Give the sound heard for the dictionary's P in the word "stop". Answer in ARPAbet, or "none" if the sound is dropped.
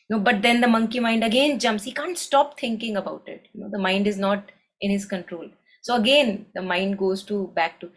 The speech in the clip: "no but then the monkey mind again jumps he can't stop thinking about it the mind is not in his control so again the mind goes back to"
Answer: P